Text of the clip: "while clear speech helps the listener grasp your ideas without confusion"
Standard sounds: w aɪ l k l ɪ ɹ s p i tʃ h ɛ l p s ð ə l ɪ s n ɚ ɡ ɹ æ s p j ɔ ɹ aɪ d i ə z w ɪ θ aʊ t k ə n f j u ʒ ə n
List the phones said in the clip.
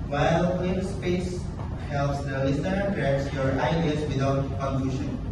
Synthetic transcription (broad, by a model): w aɪ l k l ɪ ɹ s p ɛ s h ɛ l p s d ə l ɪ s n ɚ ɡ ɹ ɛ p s j ɔ ɹ aɪ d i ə s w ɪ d aʊ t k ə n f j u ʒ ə n